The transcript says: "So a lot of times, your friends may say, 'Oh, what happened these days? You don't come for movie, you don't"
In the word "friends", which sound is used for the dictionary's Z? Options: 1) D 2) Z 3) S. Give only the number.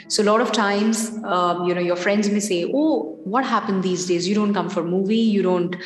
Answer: 2